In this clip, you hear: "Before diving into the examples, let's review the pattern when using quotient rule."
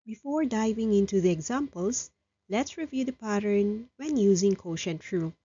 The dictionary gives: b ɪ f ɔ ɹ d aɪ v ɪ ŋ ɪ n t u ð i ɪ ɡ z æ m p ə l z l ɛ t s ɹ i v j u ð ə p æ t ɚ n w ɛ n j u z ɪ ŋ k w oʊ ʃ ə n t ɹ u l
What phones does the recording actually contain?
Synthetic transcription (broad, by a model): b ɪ f ɔ ɹ d aɪ v ɪ ŋ ɪ n t u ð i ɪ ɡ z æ m p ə l s l ɛ t s ɹ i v j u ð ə p æ t ɚ n w ɛ n j u z ɪ ŋ k oʊ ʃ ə n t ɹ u